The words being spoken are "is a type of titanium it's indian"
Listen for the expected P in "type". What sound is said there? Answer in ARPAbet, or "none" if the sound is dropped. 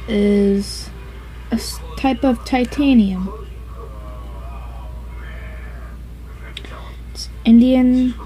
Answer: P